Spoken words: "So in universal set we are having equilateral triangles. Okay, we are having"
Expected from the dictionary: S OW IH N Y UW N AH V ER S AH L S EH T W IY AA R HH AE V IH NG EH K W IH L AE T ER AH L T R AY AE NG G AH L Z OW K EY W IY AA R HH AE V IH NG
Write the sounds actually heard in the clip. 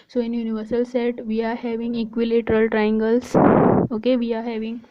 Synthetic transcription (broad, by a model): S OW IH N Y UW N AH V ER S AH L S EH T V IY AA R HH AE V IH NG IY K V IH L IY T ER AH L T R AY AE NG G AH L S OW K EY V IY AA R HH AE V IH NG